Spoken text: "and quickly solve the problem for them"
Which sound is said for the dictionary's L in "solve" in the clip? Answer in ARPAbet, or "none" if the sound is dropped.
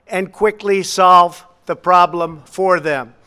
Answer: L